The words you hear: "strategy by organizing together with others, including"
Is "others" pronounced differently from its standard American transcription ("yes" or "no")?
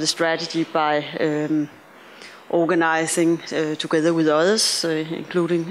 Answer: yes